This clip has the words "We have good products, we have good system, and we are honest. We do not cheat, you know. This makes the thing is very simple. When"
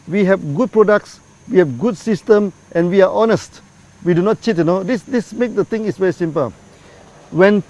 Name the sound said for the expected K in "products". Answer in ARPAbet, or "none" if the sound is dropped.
K